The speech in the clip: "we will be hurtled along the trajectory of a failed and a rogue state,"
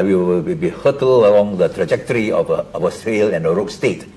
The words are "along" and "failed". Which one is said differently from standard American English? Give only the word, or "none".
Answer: failed